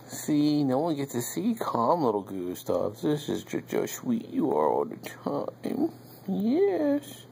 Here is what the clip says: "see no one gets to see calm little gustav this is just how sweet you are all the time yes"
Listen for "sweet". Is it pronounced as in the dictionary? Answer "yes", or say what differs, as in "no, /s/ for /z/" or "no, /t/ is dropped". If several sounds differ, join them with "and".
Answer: no, /ʃ/ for /s/